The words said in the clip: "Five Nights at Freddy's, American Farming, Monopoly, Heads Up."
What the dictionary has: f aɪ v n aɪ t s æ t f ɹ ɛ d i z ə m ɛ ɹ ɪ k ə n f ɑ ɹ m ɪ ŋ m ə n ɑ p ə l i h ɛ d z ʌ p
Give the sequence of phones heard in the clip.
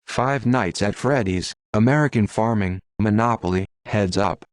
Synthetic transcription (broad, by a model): f aɪ v n aɪ t s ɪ t f ɹ ɛ d i z ə m ɛ ɹ ɪ k ə n f ɑ ɹ m ɪ ŋ m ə n ɑ p l i h ɛ d z ʌ p